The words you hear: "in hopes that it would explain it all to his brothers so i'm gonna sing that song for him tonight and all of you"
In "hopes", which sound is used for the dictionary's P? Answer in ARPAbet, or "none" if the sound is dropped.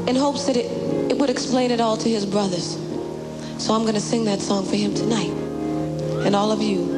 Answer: P